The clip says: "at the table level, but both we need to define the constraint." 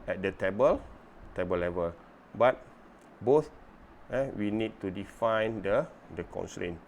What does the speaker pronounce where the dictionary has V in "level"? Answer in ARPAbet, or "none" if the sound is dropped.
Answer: V